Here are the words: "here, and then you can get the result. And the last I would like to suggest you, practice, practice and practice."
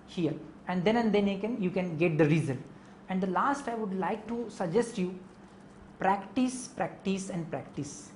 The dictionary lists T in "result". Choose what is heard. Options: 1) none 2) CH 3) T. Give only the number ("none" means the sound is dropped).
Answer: 1